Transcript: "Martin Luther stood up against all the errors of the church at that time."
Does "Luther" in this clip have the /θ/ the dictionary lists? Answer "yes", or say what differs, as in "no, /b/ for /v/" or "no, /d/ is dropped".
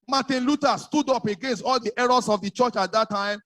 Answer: no, /t/ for /θ/